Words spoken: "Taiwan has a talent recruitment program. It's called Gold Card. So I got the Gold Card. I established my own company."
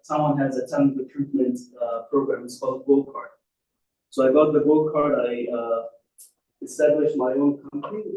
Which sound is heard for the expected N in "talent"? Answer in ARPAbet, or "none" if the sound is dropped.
none